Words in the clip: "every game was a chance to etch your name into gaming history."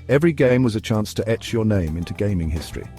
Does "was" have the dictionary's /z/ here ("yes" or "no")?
yes